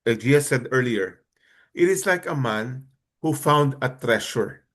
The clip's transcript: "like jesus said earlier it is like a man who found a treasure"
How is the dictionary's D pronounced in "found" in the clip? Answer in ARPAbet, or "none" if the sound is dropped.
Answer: D